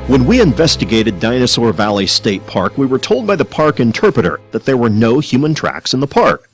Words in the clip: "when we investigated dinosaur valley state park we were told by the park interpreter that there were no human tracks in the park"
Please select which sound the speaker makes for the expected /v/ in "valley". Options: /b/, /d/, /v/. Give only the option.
/v/